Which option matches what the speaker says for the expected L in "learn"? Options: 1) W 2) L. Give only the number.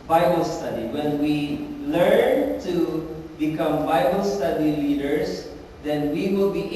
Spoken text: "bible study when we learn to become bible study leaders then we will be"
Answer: 2